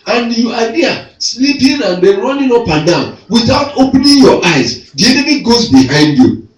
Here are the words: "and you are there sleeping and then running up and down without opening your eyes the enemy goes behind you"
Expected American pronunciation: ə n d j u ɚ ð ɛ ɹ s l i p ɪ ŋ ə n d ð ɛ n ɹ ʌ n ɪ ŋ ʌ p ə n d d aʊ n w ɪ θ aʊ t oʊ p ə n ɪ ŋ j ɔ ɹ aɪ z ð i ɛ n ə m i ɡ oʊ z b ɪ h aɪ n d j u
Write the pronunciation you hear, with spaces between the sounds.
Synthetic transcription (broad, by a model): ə n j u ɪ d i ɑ s l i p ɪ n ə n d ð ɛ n ɹ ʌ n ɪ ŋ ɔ p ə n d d aʊ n w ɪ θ aʊ t oʊ p n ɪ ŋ j ɔ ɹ aɪ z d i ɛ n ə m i ɡ oʊ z b ɪ h aɪ n d j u